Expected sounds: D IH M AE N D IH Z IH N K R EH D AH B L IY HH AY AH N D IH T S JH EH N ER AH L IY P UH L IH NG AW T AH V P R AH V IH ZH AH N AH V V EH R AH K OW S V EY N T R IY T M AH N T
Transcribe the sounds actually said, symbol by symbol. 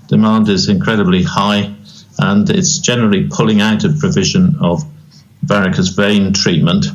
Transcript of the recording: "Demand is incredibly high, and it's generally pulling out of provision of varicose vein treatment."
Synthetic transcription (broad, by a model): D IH M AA N D IH Z IH N K R EH D AH B L IY HH AY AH N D IH T S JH EH N ER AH L IY P UH L IH NG AW T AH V P R AH V IH ZH AH N AH V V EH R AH K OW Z V EY N T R IY T M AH N T